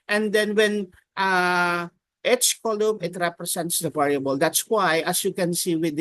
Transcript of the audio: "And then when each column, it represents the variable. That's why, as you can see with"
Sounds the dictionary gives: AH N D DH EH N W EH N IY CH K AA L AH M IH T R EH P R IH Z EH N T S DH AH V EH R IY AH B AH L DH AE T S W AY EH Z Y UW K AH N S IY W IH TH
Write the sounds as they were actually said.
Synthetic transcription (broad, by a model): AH N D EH N W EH N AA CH K AA L AH M IH T R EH P R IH S EH N T S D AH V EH R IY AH B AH L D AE T S W AY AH S Y UW K AH N S IY W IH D